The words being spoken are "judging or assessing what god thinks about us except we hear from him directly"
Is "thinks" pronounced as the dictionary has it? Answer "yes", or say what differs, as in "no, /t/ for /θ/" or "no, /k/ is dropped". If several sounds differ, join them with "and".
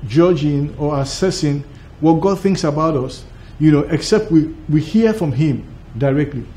yes